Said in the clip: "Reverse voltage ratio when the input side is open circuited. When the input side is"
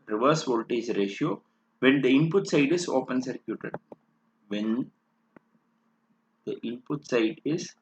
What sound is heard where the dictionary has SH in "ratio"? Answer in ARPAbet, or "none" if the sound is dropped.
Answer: SH